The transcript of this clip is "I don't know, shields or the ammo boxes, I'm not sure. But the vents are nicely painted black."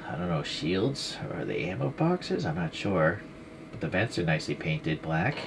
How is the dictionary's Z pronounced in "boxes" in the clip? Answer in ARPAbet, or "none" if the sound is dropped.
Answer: Z